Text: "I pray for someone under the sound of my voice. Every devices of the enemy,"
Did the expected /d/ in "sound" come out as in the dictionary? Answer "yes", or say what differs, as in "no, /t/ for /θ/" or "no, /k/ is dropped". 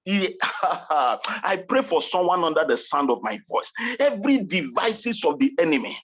yes